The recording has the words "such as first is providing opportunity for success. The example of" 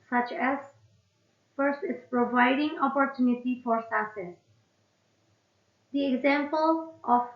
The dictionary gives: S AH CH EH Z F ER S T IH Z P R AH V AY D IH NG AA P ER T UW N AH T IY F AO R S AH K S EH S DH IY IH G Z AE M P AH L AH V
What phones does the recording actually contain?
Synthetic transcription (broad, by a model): S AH CH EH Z F ER S T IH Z P R AH V AY D IH NG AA P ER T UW N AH T IY F AO R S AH S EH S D IY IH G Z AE M P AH L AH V